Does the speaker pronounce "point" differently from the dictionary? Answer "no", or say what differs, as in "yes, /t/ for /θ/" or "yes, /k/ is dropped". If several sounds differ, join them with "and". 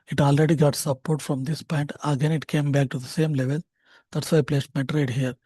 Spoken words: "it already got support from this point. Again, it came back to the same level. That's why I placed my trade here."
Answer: no